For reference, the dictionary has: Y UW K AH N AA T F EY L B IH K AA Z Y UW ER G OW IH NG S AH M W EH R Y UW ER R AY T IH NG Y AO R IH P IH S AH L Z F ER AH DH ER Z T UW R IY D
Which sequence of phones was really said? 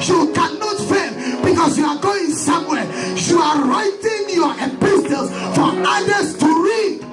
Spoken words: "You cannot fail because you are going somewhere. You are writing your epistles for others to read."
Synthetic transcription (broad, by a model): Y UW K AH N AA T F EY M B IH K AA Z Y UW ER G OW IH NG S AH M W EH R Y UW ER R AY T IH NG Y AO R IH P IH S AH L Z F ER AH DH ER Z T UW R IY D